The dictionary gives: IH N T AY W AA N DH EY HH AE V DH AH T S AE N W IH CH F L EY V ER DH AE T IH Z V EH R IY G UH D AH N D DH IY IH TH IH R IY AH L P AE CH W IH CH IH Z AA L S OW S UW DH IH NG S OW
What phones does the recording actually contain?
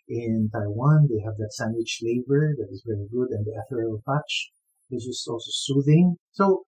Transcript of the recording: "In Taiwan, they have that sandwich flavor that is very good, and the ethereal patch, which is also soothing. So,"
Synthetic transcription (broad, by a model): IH N T AY W AA N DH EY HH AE V DH AH T S AE N W IH CH L EY B ER DH AE T IH Z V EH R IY G UH D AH N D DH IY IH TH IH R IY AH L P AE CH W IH S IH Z AA L S OW S UW DH IH NG S OW